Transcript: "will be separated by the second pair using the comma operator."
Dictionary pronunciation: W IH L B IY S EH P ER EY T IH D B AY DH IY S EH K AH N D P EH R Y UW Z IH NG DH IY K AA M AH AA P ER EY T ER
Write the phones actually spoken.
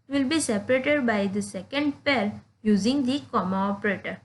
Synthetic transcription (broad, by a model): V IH L B IY S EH P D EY T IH D B AY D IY S EH K AH N D P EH L Y UW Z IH NG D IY K AA M AH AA P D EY T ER